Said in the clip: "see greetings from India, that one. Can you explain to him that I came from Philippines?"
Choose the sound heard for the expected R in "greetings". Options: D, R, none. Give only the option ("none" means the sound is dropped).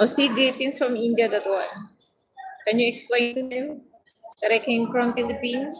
none